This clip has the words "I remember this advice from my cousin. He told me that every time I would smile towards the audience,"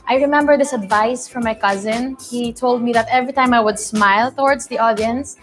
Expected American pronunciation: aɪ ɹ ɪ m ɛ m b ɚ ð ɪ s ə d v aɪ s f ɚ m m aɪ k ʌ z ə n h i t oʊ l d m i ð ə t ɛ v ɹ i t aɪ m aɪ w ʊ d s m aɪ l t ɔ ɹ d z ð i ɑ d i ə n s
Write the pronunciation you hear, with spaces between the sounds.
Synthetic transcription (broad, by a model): aɪ ɹ ɪ m ɛ m b ɚ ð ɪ s ə d v aɪ s f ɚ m m aɪ k ʌ z ə n h i t oʊ l d m i ð ə t ɛ v ɹ i t aɪ m aɪ w ʊ d s m aɪ l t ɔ ɹ d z ð i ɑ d i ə n s